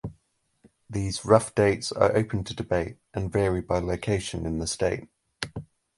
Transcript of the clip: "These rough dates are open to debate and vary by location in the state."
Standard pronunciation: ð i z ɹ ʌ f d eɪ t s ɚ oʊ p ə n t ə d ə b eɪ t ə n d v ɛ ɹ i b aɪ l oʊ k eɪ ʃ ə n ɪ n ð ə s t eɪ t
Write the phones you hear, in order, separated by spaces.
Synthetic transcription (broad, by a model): ð i z ɹ ʌ f d eɪ t s ɚ oʊ p ə n t ə d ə b eɪ t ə n v ɛ ɹ i b aɪ l oʊ k eɪ ʃ ə n ɪ n ð ə s t eɪ t